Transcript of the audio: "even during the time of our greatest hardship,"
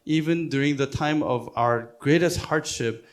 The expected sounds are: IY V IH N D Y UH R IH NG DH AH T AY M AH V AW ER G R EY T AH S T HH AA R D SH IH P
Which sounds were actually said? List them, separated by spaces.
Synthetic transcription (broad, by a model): IY V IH N D Y UH R IH NG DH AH T AY M AH V AW ER G R EY T AH S T HH AA R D SH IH P